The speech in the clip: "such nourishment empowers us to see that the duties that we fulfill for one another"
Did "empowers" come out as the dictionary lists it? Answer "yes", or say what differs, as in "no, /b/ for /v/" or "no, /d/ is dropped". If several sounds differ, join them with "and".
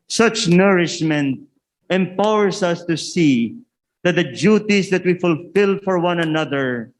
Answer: no, /s/ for /z/